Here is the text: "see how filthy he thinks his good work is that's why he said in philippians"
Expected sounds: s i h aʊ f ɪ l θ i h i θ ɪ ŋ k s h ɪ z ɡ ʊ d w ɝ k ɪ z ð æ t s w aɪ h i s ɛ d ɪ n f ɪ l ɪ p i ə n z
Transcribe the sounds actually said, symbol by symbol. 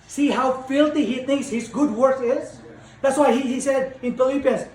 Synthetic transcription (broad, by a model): s i h aʊ f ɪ l t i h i θ ɪ ŋ k s h ɪ z ɡ ʊ d w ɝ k ɪ z ð æ t s w aɪ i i s ɛ d ɪ n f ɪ l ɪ p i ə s